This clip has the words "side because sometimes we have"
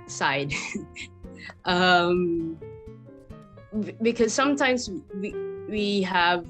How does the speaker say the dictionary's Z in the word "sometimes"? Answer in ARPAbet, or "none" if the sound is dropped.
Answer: Z